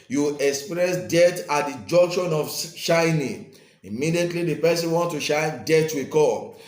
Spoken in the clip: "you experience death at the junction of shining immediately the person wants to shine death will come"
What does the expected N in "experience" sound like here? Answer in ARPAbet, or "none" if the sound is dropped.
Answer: none